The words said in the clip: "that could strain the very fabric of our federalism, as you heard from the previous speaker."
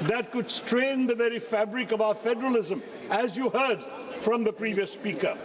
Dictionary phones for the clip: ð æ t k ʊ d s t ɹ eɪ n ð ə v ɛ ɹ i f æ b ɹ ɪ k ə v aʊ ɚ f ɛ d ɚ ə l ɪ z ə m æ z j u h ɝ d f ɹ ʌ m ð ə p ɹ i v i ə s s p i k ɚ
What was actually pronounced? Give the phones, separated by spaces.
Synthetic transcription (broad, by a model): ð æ t k ʊ d s t ɹ eɪ n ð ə v ɛ ɹ i f æ b ɹ ɪ k ə v aʊ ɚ f ɛ d ɚ ə l ɪ z ə m æ z j u h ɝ d f ɹ ʌ m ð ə p ɹ i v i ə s s p i k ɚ